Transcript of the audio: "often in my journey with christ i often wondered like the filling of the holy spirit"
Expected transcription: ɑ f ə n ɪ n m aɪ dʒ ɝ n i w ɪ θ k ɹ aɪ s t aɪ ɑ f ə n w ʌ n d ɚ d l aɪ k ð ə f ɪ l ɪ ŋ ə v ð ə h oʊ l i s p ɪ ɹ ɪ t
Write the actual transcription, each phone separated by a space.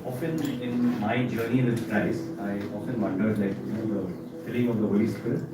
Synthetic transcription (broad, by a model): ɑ f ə n ɪ n m aɪ dʒ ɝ n i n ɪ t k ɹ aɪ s aɪ ɑ f ə n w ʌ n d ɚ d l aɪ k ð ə f ɪ l ɪ ŋ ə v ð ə h oʊ l i s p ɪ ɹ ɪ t